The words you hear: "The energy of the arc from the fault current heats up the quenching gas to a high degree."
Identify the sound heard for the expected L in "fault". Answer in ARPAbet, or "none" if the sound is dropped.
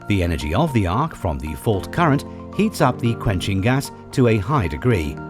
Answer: L